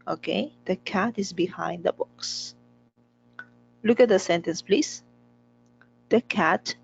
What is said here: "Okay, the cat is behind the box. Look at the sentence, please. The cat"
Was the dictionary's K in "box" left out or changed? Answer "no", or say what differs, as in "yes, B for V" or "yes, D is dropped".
no